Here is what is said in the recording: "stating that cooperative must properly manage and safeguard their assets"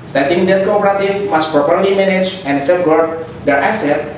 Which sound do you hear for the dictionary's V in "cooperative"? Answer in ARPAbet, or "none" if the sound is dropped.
F